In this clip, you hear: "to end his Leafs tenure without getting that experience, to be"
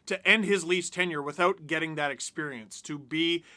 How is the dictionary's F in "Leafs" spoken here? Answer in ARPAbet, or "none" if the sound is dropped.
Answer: none